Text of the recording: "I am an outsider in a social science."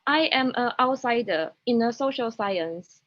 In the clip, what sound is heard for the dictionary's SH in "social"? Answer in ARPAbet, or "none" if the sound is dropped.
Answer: SH